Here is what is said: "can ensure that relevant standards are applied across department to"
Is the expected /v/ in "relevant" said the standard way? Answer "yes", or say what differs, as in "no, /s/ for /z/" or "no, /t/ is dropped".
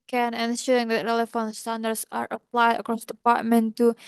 no, /f/ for /v/